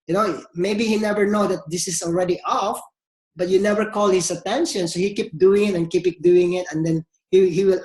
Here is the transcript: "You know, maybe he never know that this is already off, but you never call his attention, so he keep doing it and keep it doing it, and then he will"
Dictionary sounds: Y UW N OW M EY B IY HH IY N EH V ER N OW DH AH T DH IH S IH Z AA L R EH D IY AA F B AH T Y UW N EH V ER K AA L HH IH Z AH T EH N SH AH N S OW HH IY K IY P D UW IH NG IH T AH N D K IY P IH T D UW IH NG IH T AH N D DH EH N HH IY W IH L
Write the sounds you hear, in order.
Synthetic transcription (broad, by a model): Y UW N OW M EY B IY HH IY N EH V ER N OW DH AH T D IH S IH S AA L R EH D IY AA F B AH T Y UW N EH V ER K AA L HH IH S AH T EH N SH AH N S OW HH IY K IY P D UW IH NG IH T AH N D K IY P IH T D UW IH NG IH T AH N D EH N HH IY W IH L